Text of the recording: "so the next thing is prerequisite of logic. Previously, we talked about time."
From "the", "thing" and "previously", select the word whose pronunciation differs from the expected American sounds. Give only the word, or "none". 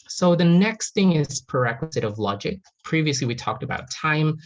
none